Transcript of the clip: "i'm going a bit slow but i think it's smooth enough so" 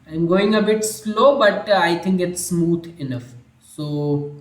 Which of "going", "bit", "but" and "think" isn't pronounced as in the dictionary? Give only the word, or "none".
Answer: think